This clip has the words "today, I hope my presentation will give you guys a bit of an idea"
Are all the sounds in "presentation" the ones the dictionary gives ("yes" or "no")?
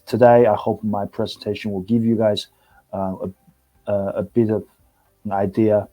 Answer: yes